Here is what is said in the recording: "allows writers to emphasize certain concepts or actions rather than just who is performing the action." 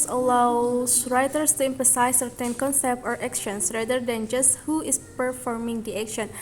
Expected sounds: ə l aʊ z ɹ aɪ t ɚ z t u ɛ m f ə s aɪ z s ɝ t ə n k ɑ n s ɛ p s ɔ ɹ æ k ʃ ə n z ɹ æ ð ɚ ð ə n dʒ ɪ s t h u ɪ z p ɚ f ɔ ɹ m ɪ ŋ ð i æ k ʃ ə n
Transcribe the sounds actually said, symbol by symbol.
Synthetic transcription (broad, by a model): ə l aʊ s ɹ aɪ t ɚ s t u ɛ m p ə s aɪ s ɝ t ə n k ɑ n s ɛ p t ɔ ɹ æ k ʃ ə n s ɹ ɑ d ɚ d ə n dʒ ɪ s t h u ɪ s p ɚ f ɔ ɹ m ɪ ŋ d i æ k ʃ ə n